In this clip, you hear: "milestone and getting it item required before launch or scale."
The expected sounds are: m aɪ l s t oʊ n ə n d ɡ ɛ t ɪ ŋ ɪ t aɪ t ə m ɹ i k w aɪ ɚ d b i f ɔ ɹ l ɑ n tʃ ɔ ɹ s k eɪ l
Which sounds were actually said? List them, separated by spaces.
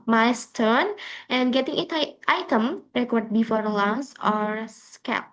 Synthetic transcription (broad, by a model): m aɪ s t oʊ n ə n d ɡ ɛ t ɪ ŋ ɪ t aɪ t ə m ɹ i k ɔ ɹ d b i f ɔ ɹ l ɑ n s ɔ ɹ s k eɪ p